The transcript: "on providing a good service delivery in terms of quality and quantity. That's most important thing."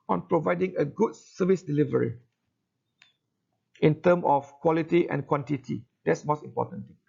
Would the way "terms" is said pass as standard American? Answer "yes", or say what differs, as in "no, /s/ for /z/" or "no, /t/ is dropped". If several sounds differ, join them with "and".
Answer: no, /z/ is dropped